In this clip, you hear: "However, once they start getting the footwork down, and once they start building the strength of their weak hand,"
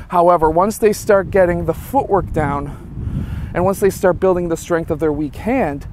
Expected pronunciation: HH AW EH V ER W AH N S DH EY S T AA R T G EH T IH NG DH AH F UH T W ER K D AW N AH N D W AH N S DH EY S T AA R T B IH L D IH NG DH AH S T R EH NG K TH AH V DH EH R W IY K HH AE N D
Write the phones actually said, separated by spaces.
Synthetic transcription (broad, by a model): HH AW EH V ER W AH N S DH EY S T AA R T G EH T IH NG DH AH F UH T W ER K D AW N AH N W AH N S DH EY S T AA R T B IH L D IH NG DH AH S T R EH NG K TH AH V DH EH R W IY K HH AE N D